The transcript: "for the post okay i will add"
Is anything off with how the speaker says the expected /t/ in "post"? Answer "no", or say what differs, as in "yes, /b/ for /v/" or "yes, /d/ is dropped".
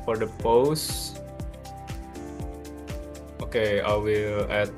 no